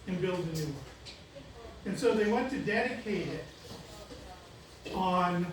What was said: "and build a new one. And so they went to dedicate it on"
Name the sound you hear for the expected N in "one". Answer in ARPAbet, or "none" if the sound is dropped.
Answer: none